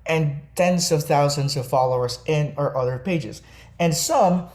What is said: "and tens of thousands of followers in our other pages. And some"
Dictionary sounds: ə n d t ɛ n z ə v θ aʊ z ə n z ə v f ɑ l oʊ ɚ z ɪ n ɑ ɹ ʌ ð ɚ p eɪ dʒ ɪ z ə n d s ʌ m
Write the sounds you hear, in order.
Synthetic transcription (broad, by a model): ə n t ɛ n z ə v θ aʊ z ə n z ə v f ɑ l oʊ ɚ z ɪ n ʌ ɹ ʌ ð ɚ p eɪ dʒ ɪ z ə n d s ʌ m